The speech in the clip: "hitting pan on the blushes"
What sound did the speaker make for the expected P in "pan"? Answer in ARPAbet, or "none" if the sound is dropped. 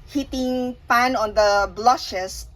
P